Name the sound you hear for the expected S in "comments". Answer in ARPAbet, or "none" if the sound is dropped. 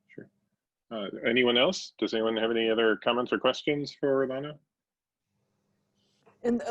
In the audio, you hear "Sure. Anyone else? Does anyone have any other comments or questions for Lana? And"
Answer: S